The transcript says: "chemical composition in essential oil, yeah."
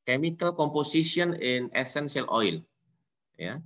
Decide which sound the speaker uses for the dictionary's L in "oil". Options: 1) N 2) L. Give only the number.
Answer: 2